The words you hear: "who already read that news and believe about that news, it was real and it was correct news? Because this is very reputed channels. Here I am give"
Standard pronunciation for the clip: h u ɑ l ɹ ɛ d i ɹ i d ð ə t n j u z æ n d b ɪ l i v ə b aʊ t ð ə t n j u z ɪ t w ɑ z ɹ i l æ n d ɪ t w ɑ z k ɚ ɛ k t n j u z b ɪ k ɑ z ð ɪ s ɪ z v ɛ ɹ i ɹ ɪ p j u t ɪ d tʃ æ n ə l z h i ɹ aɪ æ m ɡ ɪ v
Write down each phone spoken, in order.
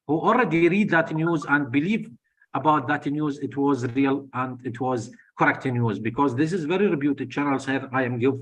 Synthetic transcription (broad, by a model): h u ɑ l ɹ ɛ d i ɹ i d ð ə t n j u z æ n d b ɪ l i v ə b aʊ t ð ə t n j u z ɪ t w ɑ z ɹ i l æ n d ɪ t w ɑ z k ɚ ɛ k t n j u z b ɪ k ɑ z ð ɪ s ɪ z v ɛ ɹ i ɹ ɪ b j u t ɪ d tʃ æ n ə l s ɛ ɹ aɪ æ m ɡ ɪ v